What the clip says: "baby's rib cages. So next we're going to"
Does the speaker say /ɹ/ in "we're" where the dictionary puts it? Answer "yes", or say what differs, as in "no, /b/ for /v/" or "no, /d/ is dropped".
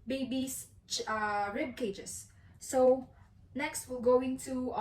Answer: no, /l/ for /ɹ/